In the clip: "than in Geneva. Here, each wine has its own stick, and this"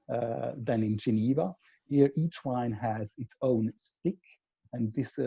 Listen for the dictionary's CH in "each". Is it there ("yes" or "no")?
yes